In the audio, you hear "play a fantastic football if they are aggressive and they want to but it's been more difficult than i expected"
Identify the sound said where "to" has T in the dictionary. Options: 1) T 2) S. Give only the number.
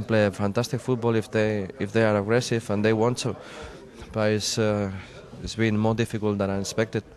2